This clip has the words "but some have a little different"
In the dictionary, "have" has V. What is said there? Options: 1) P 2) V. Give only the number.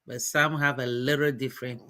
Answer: 2